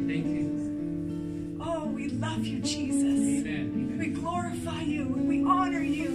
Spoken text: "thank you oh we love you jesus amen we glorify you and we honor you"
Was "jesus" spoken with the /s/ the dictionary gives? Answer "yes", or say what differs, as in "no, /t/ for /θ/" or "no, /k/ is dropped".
no, /s/ is dropped